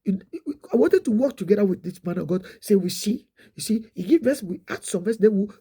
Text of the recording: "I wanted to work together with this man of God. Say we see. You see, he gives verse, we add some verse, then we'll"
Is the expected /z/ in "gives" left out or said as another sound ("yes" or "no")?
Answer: yes